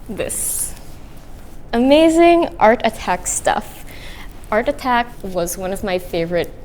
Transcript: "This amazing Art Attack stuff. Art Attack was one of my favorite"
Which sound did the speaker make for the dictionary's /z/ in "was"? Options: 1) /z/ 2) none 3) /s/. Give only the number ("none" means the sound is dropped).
1